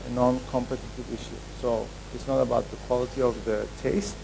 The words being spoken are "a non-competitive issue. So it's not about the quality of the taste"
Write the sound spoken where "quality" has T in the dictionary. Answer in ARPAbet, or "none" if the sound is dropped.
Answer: T